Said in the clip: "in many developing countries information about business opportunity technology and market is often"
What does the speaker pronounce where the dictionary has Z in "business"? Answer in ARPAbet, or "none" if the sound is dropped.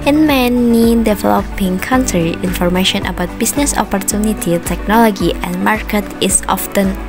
S